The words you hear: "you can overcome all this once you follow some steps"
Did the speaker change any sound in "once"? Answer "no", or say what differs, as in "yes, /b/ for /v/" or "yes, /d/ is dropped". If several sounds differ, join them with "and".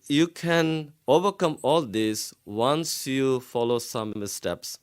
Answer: no